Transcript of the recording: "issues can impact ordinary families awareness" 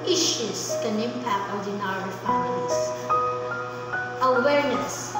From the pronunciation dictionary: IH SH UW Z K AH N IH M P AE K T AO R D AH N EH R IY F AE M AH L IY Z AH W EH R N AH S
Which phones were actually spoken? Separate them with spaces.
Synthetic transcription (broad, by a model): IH SH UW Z K AH N IH M P AE K T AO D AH N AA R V P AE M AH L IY S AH W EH R N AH S